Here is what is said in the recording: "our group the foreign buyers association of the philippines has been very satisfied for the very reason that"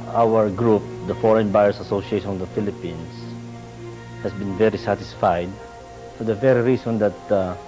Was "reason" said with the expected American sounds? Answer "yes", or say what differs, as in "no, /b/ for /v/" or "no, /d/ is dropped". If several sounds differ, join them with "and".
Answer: no, /s/ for /z/